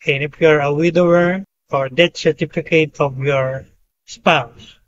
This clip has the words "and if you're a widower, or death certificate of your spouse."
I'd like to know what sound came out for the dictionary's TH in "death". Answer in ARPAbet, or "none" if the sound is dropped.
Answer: T